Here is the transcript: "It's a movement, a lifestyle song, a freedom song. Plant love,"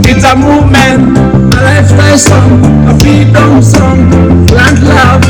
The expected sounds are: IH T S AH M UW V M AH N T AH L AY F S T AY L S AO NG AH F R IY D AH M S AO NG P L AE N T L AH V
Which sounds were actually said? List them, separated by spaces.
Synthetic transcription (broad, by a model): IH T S AH M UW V M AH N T AH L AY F T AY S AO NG AH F IY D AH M S AO NG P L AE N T L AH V